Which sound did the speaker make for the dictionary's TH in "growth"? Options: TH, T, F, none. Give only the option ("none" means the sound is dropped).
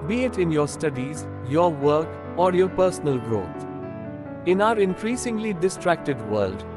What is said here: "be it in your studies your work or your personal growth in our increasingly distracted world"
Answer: T